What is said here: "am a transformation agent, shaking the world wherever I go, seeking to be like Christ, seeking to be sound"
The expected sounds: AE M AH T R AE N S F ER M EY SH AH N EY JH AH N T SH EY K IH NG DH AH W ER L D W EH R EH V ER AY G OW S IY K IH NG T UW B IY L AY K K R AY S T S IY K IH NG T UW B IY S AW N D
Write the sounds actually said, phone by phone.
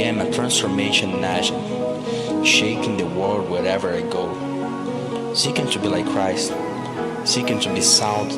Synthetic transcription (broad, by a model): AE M AH T R AE N S F ER M EY SH AH N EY SH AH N SH EY K IH NG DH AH W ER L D W EH R EH V ER AY G OW S IY K IH NG T UW B IY L AY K K R AY S T S IY K IH NG T UW B IY S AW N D